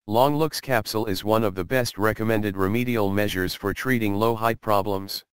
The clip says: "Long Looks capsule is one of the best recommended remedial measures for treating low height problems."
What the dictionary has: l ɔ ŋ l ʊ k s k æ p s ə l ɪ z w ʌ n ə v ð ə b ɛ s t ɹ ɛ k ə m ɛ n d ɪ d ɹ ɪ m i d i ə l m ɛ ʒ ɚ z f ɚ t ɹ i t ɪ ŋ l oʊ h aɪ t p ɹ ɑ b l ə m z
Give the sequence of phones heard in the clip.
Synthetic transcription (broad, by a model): l ɔ ŋ l ʊ k s k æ p s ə l ɪ z w ʌ n ə v ð ə b ɛ s t ɹ ɛ k ə m ɛ n d ɪ d ɹ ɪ m i d i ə l m ɛ ʒ ɚ z f ɚ t ɹ i t ɪ ŋ l oʊ h aɪ t p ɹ ɑ b l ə m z